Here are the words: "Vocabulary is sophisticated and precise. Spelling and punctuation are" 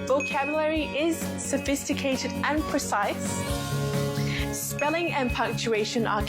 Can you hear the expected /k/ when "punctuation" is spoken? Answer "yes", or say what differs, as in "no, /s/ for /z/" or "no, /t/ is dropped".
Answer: yes